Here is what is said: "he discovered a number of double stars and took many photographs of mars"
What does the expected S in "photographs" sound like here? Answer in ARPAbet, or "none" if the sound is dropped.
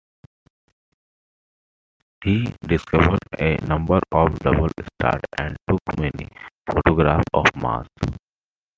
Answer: none